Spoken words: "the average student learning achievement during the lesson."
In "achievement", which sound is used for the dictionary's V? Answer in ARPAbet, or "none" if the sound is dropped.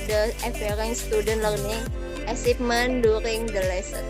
P